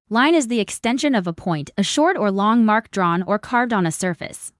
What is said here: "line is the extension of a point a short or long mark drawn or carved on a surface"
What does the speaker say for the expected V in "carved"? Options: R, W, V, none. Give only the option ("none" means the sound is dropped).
V